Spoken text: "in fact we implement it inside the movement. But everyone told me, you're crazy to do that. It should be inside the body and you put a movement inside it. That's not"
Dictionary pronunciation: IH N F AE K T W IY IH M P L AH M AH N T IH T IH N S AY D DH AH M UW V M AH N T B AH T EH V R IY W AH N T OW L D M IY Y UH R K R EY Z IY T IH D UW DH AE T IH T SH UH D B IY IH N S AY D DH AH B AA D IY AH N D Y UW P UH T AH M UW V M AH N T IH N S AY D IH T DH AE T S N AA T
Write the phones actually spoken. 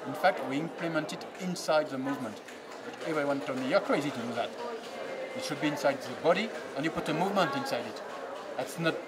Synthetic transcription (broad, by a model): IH N F AE K T W IY IH M P L AH M AH N T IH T IH N S AY D DH AH M UW V M AH N T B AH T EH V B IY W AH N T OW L M IY Y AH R K R EY Z IY T IH D UW DH AE T IH T SH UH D B IY IH N S AY D DH AH B AA D IY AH N Y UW P UH T AH M UW V M AH N T IH N S AY D IH T DH AE T S N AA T